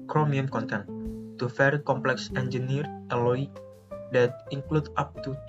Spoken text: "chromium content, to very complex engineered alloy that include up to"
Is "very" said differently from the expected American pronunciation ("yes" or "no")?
yes